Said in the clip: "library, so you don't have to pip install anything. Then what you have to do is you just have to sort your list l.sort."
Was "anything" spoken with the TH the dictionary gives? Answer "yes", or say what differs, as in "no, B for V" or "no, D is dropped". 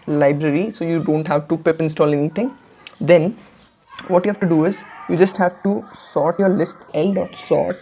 no, T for TH